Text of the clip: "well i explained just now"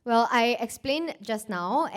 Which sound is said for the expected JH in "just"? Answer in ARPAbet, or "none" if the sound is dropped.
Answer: JH